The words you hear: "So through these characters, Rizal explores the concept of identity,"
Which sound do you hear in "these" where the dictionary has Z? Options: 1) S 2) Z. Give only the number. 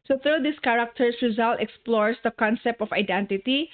1